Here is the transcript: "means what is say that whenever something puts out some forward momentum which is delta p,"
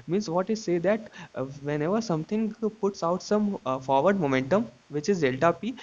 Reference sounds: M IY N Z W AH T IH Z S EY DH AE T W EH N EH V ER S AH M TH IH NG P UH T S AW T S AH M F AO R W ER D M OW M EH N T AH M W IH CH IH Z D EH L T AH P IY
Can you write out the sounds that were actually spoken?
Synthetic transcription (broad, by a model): M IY N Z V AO T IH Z S EY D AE T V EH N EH V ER S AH M T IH NG P UH T S AW T S AH M F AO R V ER D M OW M EH N T AH M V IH CH IH Z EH L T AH P IY